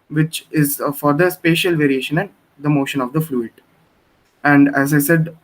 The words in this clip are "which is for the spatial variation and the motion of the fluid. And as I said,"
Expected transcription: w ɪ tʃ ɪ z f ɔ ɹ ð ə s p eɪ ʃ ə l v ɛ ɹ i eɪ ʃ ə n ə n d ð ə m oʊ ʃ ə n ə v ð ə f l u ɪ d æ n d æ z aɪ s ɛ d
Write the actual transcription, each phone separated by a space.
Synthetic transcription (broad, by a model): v ɪ tʃ ɪ z f ɔ ɹ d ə s p eɪ ʃ ə l v ɛ ɹ i eɪ ʃ ə n ə n d ə m oʊ ʃ ə n ə v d ə f l u ɪ d æ n d æ z aɪ s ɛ d